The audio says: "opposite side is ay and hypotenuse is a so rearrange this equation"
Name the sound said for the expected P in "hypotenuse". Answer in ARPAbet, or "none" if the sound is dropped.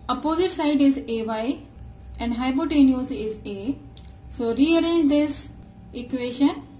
B